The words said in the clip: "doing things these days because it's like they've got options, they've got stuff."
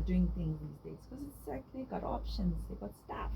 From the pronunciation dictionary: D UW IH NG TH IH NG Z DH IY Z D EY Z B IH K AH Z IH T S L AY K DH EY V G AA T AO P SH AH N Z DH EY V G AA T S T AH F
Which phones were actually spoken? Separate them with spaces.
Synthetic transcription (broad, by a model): D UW IH NG TH IH NG Z DH IY Z D EY Z K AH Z IH T S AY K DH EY G AA T AO P SH AH N Z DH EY G AA T S T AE F